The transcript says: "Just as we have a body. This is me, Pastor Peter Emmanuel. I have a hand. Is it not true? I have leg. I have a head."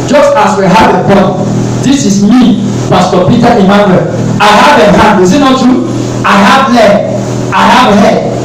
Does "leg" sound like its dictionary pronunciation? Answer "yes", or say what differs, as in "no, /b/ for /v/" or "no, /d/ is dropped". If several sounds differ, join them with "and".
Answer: no, /ɡ/ is dropped